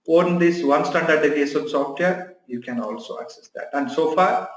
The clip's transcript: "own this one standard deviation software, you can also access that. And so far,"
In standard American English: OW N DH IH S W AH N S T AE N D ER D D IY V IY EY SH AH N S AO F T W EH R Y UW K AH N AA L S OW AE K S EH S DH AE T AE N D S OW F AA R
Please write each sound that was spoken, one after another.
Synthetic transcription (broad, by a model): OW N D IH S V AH N S T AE N D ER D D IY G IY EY S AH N S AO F T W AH R Y UW K AH N AA L S OW AE K S EH S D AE T AE N D S OW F AA R